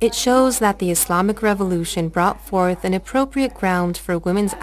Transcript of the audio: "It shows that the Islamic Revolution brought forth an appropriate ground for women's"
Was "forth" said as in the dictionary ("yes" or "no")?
yes